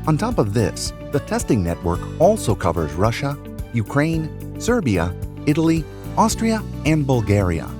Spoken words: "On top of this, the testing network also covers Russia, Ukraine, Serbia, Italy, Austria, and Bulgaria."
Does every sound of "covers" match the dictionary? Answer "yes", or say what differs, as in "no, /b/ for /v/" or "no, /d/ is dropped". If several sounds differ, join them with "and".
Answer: yes